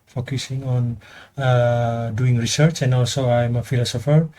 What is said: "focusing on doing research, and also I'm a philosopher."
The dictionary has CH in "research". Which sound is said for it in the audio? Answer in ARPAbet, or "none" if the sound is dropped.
CH